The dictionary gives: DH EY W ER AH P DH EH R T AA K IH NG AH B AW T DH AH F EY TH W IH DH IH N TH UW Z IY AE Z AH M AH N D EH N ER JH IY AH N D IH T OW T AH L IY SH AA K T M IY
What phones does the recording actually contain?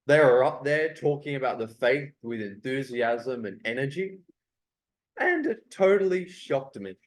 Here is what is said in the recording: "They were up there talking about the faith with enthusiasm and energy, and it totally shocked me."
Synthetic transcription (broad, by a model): DH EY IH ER AH P DH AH R T AA K IH NG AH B AW T DH AH F EY TH W IH DH IH N TH UW Z IY AE Z AH M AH N EH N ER JH IY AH N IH T OW T L IY SH AA K T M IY